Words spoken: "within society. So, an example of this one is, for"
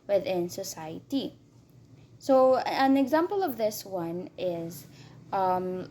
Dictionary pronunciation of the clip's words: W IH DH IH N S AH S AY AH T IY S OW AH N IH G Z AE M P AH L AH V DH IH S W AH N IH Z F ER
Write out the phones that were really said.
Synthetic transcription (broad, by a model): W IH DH IH N S AH S AY AH T IY S OW AH N IH G Z AE M P AH L AH V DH IH S W AH N IH Z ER